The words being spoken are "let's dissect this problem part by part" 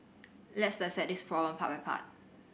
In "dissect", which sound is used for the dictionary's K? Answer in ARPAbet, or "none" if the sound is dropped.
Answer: none